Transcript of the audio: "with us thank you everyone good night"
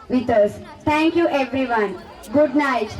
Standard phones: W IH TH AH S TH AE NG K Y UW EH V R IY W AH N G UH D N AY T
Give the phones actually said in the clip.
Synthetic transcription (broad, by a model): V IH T AH S T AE NG K Y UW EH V R IY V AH N G UH D N AY T